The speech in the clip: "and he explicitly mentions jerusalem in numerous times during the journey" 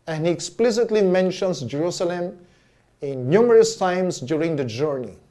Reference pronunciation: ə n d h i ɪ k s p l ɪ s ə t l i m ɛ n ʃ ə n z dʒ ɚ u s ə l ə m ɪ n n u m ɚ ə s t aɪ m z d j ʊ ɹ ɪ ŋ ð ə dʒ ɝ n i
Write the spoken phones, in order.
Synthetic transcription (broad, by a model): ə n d h i ɪ k s p l ɪ s ə t l i m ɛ n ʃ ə n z dʒ ɚ u s ə l ə m ɪ n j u m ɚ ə s t aɪ m s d j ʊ ɹ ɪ ŋ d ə dʒ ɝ n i